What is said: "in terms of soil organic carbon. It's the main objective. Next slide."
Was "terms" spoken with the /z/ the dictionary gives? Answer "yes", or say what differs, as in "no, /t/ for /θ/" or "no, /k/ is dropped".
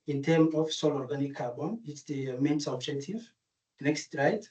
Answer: no, /z/ is dropped